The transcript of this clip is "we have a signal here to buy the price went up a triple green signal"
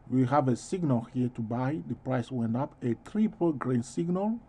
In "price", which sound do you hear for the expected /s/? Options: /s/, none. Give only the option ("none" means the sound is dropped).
/s/